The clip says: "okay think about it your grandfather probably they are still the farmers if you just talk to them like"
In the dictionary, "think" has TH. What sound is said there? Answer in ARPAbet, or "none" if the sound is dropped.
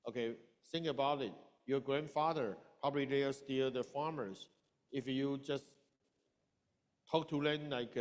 S